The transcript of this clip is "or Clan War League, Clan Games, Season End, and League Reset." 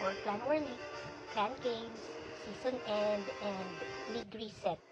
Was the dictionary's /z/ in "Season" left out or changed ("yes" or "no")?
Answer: yes